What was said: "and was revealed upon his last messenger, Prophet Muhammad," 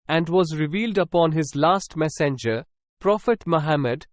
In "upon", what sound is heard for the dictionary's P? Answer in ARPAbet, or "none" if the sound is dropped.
P